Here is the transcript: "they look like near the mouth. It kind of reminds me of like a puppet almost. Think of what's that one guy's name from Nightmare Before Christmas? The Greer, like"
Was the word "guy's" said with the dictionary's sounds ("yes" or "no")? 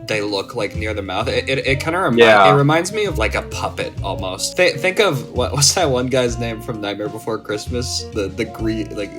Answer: yes